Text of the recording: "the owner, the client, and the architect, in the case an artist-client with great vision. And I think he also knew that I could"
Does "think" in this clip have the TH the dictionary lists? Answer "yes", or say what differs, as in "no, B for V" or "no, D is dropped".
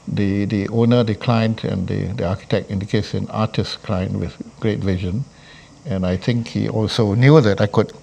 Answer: no, T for TH